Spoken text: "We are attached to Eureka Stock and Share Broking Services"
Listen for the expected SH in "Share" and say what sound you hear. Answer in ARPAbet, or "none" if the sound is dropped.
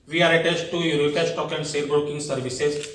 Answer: S